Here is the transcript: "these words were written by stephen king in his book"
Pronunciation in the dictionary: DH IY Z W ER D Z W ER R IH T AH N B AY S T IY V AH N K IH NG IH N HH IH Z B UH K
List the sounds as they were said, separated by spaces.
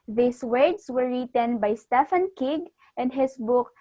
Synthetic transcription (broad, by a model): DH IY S W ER D S W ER R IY T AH N B AY S T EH F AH N K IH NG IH N HH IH S B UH K